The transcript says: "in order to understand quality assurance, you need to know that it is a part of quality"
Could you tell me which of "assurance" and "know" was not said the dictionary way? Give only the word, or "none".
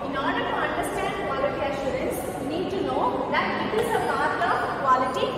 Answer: none